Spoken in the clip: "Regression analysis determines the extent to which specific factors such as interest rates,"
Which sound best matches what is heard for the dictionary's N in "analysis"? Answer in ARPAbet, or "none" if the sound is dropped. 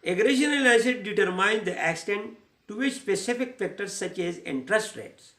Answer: L